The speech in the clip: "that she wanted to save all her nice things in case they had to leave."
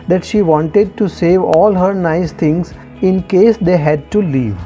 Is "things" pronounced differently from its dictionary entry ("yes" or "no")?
yes